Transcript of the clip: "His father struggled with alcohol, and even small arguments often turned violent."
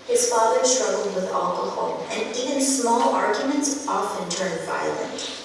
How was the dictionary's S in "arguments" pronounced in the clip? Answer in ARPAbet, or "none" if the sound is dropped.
S